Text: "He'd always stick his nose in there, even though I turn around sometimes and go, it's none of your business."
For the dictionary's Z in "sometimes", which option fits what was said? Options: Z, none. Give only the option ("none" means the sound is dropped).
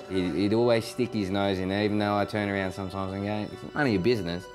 Z